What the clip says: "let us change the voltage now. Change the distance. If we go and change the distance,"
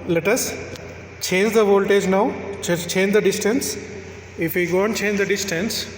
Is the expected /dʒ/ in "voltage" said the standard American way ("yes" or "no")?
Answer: yes